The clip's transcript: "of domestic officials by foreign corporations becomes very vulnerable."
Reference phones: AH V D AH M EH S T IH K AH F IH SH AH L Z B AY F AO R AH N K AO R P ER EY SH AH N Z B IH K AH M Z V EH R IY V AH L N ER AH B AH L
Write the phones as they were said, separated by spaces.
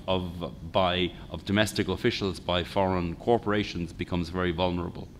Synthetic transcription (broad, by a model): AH V D AH M EH S T IH K AH F IH SH AH L Z B AY F AO R AH N K AO R P ER EY SH AH N Z B IH K AH M Z V EH R IY V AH L N ER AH B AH L